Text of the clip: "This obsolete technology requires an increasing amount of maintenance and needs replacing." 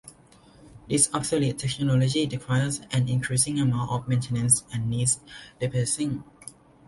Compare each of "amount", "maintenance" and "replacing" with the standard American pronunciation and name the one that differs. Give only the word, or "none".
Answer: replacing